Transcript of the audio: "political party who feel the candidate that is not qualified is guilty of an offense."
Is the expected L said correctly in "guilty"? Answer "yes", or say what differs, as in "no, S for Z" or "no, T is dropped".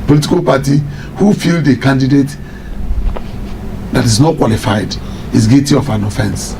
no, L is dropped